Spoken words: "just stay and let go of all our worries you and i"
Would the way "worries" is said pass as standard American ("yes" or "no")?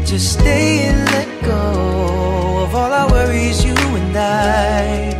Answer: yes